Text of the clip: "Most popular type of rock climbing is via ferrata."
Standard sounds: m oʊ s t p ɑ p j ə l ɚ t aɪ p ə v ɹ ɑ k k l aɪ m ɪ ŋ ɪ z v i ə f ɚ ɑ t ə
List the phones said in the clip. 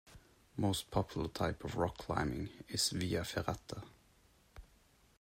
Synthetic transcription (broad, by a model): m oʊ s t p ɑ p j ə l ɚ t aɪ p ə v ɹ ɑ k k l aɪ m ɪ ŋ ɪ s v i ə f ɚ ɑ t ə